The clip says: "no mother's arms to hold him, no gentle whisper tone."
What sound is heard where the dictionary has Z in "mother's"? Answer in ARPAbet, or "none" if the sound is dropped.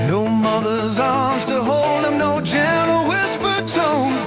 Z